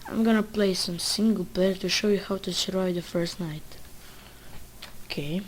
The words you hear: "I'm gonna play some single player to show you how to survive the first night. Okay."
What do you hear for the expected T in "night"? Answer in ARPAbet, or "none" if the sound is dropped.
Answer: T